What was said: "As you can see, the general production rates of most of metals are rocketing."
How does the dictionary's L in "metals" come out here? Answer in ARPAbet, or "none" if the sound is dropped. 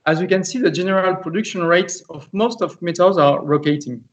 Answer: none